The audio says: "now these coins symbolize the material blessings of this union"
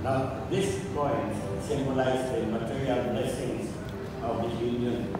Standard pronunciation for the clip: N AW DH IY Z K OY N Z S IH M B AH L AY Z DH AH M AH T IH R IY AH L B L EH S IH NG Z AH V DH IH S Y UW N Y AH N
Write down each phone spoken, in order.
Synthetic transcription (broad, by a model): N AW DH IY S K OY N S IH M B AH L AY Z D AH M AH T IH R IY AH L B L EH S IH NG S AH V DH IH Y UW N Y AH N